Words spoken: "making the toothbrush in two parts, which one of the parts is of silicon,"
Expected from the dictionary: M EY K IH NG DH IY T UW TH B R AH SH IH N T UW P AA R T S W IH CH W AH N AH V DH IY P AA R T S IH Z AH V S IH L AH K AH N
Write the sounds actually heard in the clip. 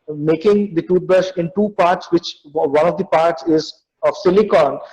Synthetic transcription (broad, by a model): M EY K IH NG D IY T UW T B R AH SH IH N T UW P AA R T S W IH CH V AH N AH V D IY P AA R T S IH Z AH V S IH L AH K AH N